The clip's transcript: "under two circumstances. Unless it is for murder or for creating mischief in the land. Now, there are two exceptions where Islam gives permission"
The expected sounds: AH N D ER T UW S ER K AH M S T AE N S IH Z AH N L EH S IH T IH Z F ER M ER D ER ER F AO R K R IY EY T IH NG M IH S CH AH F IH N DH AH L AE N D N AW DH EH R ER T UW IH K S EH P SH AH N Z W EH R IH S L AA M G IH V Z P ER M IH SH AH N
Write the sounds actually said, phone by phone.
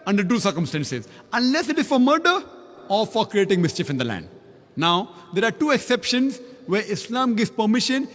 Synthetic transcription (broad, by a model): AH N D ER T UW S ER K AH M S T AE N S IH Z AH N L EH S IH T IH Z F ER M ER D ER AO F AO R K R IY EY T IH NG M IH S CH AH F IH N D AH L AE N D N AW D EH R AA T UW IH K S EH P SH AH N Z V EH R IH S L AA M G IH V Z P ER M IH SH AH N